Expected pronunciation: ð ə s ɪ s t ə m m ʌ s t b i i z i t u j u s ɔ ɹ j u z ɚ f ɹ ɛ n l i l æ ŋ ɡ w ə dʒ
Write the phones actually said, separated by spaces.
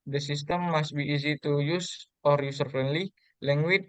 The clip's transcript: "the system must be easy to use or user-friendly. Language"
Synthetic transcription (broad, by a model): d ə s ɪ s t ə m m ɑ s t b i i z i t u j u s ɔ ɹ j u s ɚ f ɹ ɛ n l i l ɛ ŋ ɡ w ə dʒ